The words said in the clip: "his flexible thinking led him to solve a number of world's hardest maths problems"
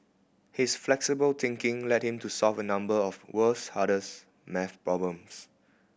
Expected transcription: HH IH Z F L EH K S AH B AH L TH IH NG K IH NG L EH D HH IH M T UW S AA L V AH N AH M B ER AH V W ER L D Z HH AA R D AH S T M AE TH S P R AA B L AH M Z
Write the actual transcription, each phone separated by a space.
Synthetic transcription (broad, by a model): HH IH S F L EH K S AH B AH L T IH NG K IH NG L EH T HH IH M T UW S AA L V AH N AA M B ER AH F W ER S HH AA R D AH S M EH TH P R AA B L AH M S